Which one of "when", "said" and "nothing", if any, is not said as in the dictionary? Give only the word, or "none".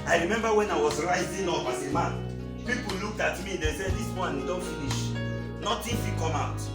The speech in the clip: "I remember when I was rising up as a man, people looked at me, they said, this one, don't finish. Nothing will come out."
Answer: nothing